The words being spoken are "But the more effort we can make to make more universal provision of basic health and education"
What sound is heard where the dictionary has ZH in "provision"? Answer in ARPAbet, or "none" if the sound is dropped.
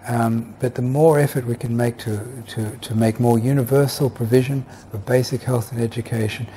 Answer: ZH